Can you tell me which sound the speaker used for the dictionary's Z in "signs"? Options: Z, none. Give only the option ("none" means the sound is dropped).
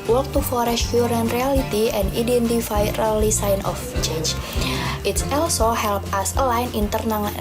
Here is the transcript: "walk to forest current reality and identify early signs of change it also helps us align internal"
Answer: none